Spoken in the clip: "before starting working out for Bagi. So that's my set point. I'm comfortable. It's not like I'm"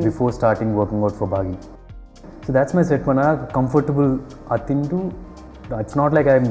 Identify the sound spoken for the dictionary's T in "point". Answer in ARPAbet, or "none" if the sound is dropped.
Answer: none